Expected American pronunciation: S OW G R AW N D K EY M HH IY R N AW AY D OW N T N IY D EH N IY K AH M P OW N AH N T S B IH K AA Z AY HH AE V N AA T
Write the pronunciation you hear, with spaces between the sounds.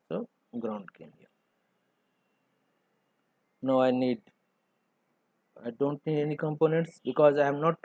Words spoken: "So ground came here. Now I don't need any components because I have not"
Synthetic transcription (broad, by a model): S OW G R AW N D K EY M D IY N N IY AY D OW N T N IY D EH N IY K AH M P OW N AH N T S B IH K AA Z AY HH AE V N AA T